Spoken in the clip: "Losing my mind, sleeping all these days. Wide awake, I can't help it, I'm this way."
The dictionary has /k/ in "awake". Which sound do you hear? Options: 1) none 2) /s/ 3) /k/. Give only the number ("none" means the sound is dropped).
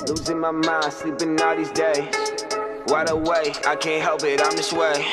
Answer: 1